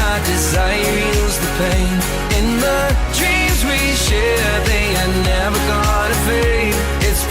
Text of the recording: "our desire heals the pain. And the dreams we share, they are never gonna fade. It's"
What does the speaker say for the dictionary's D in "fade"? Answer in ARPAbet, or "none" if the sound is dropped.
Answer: none